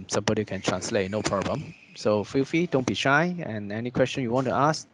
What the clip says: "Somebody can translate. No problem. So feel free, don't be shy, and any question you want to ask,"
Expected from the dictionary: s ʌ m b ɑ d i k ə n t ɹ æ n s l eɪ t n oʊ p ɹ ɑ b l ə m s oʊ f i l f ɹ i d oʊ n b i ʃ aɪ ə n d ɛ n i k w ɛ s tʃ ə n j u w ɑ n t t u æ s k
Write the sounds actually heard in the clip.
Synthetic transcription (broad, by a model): s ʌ m b ɑ d i k ə n t ɹ æ n s l eɪ t n oʊ p ɹ ɑ b l ə m s oʊ f i l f i d oʊ n b i ʃ aɪ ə n ɛ n i k w ɛ s tʃ ə n j u w ɑ n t t u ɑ s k